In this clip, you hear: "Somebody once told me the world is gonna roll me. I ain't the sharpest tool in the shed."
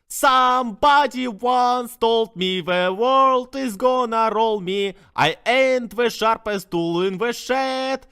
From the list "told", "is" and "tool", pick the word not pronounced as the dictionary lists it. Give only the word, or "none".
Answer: none